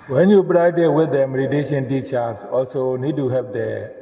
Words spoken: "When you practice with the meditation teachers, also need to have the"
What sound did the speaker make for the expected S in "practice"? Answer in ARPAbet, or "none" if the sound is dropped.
none